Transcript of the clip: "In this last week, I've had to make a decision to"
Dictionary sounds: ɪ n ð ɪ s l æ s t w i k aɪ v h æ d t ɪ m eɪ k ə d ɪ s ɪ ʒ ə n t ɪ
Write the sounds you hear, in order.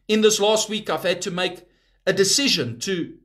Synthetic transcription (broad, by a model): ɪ n ð ɪ s l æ s t w i k aɪ v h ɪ d t ɪ m eɪ k ə d ɪ s ɪ ʒ ə n t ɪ